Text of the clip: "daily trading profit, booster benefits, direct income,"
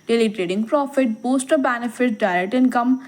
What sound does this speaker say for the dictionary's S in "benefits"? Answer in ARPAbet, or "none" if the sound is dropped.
none